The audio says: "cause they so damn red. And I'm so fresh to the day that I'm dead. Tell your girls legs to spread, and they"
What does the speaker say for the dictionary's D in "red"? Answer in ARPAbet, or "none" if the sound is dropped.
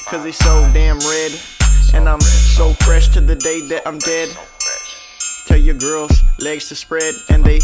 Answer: D